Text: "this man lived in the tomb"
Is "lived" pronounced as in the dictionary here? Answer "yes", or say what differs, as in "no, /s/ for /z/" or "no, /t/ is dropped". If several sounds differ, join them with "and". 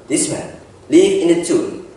no, /d/ is dropped